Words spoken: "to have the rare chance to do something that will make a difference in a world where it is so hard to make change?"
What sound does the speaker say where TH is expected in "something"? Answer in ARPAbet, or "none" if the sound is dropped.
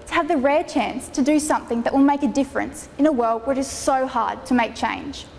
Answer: TH